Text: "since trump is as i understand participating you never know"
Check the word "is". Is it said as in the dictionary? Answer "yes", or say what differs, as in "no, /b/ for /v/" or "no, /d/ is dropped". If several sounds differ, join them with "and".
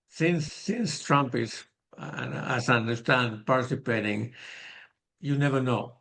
no, /s/ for /z/